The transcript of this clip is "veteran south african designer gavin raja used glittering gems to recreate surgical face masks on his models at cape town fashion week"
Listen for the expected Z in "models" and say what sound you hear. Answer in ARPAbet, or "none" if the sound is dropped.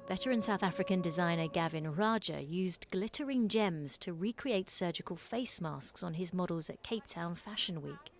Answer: Z